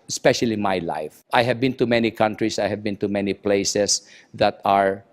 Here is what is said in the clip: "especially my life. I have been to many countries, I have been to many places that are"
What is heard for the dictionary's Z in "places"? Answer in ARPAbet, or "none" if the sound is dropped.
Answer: S